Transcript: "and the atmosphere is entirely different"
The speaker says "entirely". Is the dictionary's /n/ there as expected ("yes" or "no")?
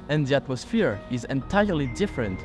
yes